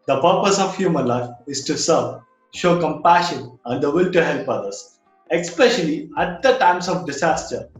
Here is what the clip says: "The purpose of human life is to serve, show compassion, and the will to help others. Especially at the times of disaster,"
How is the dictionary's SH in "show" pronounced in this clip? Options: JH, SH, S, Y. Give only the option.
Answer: SH